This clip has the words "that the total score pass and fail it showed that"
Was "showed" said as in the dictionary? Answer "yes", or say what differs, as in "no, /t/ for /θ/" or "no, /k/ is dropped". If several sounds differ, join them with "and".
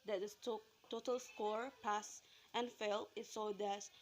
no, /s/ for /ʃ/